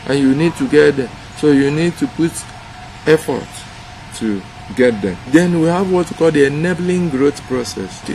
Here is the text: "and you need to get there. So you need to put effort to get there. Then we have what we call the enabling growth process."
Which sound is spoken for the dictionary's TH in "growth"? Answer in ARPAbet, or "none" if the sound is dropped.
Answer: T